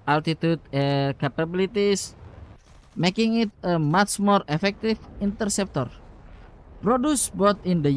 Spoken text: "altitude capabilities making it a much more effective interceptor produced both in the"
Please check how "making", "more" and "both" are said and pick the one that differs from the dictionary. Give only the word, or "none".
both